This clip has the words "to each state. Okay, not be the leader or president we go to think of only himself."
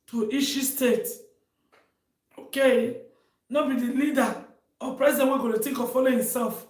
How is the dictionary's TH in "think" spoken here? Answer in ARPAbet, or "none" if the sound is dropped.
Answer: T